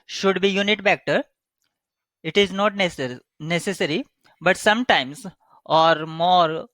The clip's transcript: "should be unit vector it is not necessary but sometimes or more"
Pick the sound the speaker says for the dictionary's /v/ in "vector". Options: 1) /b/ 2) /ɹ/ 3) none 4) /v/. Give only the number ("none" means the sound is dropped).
1